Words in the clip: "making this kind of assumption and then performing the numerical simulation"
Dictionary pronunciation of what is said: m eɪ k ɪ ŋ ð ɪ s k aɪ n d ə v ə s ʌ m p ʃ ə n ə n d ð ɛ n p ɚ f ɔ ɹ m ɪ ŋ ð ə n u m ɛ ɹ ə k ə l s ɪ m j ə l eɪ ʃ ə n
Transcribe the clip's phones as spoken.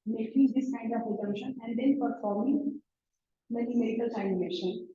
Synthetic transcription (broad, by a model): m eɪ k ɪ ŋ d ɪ s k aɪ n d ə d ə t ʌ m ʃ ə n ə n d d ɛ n p ɚ f ɔ ɹ m ɪ ŋ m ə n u m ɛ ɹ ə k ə l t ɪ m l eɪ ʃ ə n